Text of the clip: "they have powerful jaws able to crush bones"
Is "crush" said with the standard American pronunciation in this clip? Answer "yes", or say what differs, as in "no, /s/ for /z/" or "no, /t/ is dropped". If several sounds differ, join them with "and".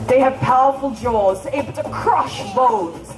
yes